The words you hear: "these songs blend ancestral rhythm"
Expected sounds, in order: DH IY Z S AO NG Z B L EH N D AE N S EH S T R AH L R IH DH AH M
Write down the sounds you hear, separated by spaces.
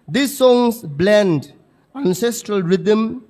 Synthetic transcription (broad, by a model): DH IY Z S AO NG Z B L EH N D AE N S EH S T R AH L R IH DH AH M